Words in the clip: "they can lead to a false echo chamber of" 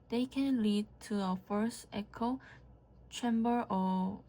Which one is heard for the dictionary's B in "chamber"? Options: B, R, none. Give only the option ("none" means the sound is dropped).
B